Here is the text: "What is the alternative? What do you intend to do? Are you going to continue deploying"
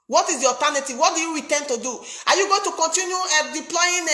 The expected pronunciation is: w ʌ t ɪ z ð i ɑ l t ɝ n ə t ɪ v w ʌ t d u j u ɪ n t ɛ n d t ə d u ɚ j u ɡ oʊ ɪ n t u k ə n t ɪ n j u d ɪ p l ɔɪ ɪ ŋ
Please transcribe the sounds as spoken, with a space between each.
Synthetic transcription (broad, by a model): w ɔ t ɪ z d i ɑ t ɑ n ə t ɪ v w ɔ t d u j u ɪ t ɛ n t ə d u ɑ j u ɡ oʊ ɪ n t u k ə n t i n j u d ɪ p l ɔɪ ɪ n